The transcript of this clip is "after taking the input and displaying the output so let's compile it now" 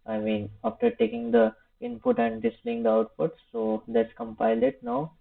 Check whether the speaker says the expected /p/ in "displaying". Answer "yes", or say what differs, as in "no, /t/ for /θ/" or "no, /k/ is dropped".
no, /p/ is dropped